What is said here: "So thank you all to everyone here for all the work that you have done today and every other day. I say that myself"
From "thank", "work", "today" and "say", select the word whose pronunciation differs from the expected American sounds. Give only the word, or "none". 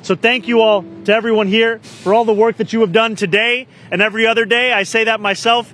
none